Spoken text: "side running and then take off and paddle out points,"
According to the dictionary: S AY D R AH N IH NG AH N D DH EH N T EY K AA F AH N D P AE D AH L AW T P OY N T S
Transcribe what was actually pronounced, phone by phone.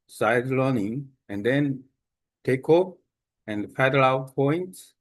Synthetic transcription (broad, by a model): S AY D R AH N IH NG AH N D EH N T EY K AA P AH N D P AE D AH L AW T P OY N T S